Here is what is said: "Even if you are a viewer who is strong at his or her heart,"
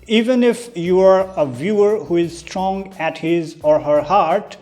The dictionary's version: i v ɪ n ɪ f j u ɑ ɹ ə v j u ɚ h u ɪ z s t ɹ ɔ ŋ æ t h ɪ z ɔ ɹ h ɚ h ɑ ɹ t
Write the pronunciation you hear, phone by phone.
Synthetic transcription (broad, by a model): i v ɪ n ɪ f j u ɑ ɹ ə v j u ɚ h u ɪ z s t ɹ ɔ ŋ æ t h ɪ z ɔ ɹ h ɚ h ɑ ɹ t